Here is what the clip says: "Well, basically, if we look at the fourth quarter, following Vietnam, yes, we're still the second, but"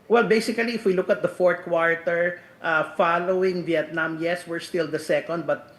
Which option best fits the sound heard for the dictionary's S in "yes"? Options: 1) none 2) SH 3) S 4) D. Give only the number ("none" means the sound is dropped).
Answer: 3